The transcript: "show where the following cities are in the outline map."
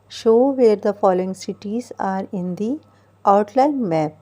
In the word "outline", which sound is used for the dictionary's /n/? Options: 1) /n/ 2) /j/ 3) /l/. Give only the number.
3